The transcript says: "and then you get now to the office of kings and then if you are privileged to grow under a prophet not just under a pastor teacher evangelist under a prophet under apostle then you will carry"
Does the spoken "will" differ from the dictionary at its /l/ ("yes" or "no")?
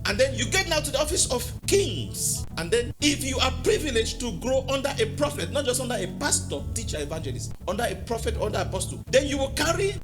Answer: no